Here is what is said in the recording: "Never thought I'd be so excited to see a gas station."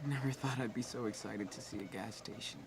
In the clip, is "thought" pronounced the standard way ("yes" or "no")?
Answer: yes